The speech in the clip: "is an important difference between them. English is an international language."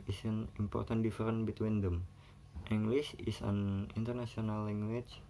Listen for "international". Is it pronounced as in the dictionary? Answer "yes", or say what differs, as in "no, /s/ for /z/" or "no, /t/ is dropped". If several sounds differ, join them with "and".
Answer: no, /s/ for /ʃ/